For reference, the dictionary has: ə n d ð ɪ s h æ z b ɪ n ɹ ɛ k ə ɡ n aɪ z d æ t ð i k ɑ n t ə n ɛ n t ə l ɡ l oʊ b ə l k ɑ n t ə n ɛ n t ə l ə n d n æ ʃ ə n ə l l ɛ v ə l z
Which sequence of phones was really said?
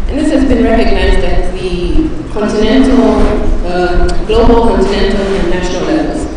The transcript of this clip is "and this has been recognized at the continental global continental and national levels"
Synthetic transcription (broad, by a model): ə n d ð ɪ s h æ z b ɪ n ɹ ɛ k ə ɡ n aɪ z d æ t ð i k ɑ n t ə n ɛ n t ə l ɡ l oʊ b ə l k ɑ n t ə n ɛ n t ə l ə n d n æ ʃ ə n ə l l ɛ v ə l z